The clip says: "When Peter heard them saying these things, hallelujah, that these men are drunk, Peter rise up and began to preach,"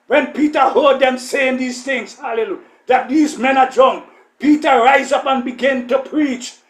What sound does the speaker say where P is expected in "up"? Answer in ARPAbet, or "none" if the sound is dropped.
P